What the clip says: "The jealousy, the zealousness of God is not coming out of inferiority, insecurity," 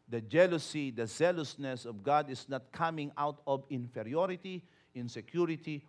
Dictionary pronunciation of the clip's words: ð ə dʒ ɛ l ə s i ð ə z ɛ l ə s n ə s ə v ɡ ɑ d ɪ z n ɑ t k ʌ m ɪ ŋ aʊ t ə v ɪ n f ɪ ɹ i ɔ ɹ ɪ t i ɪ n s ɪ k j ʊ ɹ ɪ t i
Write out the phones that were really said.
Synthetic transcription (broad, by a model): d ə dʒ ɛ l ə s i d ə z ɛ l ə s n ə s ə v ɡ ɑ d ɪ s n ɑ t k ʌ m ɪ ŋ aʊ t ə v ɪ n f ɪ ɹ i ɔ ɹ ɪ t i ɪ n s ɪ k j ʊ ɹ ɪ t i